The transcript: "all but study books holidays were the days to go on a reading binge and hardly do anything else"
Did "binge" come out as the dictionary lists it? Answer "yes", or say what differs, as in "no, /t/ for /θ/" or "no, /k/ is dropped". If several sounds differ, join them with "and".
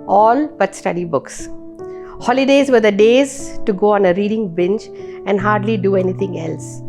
no, /tʃ/ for /dʒ/